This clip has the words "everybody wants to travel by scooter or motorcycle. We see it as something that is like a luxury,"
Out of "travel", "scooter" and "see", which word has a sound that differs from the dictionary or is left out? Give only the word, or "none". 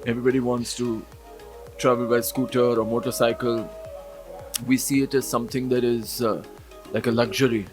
none